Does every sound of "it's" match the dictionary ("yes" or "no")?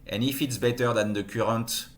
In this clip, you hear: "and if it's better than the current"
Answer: yes